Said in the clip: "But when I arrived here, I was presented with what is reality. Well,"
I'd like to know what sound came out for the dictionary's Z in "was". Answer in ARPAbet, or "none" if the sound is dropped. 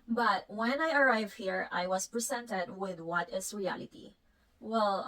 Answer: S